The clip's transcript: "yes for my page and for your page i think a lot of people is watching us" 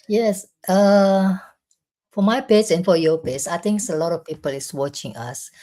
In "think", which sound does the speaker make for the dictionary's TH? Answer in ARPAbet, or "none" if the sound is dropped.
T